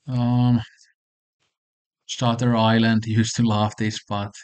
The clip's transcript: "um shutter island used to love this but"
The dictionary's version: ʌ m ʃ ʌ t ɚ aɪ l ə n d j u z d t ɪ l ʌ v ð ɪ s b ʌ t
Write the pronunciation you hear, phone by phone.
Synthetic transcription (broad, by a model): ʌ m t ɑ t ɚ aɪ l ə n d j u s t ɪ l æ f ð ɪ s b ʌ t